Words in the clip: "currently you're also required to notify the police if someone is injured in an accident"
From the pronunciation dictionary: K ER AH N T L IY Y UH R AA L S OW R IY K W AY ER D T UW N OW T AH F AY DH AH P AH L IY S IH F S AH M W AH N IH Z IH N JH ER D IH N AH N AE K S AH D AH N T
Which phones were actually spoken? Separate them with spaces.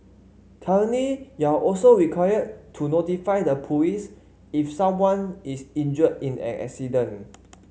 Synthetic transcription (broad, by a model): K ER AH N IY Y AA AA L S OW R IY K W AY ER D T UW N OW T AH F AY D AH P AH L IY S IH F S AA M W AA N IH S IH N JH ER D IH N AH N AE K S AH D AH N